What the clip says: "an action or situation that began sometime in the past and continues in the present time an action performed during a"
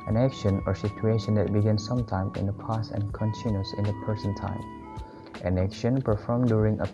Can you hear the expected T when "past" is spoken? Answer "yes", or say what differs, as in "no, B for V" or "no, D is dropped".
no, T is dropped